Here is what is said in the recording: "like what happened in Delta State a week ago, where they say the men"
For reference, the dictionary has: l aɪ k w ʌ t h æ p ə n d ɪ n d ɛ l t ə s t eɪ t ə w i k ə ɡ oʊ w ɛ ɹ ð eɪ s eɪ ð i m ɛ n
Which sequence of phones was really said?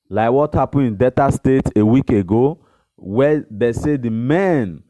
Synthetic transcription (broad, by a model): l aɪ k w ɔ t h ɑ p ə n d ɪ n d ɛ t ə s t eɪ t ə w i k ə ɡ oʊ w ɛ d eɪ s eɪ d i m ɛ n